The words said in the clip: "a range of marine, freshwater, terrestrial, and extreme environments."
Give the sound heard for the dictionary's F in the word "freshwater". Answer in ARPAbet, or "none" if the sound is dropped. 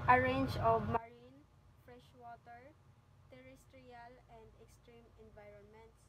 F